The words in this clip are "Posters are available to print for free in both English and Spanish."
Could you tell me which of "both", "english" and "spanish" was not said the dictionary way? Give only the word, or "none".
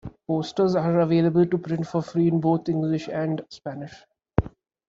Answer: both